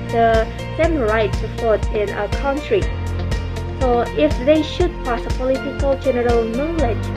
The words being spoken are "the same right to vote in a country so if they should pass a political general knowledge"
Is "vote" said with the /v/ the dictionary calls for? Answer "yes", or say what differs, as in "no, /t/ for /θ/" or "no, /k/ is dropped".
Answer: no, /p/ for /v/